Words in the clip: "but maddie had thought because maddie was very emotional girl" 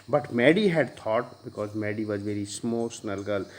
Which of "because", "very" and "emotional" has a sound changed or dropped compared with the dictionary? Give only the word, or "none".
emotional